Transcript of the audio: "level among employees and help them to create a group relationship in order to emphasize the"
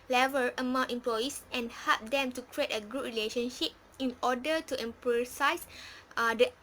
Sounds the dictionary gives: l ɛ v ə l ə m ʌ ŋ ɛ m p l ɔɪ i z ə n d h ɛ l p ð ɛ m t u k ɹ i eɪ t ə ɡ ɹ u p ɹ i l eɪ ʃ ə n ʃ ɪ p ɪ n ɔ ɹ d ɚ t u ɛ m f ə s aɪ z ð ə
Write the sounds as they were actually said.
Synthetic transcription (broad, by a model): l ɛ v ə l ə m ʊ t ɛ m p l ɔɪ i s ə n h ɛ l p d ɛ m t u k ɹ i eɪ t ə ɡ u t ɹ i l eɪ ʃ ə n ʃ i p ɪ n ɔ d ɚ t u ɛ m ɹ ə s aɪ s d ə